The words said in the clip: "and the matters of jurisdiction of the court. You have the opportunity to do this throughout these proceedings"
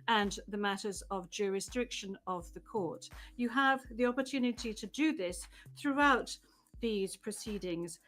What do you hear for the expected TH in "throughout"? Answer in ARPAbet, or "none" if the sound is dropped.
TH